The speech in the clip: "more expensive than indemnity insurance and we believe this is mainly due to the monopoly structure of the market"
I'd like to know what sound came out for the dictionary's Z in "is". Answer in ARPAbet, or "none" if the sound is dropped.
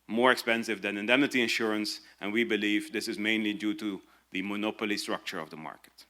Z